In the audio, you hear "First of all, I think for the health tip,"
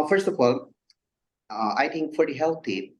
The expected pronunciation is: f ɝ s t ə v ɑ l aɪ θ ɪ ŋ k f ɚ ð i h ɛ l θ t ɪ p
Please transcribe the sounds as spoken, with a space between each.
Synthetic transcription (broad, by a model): f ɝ s t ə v ɑ l aɪ t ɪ ŋ k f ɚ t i h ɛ l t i